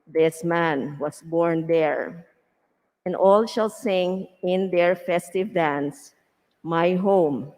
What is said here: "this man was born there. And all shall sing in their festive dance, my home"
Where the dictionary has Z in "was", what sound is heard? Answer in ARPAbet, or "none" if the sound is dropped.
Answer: S